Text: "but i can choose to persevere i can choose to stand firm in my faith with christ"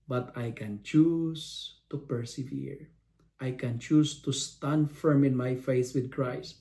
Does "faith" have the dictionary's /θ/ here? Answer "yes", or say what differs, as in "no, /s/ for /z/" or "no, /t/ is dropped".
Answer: no, /s/ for /θ/